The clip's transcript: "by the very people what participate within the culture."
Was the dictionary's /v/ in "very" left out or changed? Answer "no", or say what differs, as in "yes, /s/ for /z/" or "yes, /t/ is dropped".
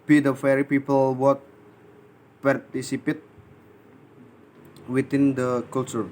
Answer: yes, /f/ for /v/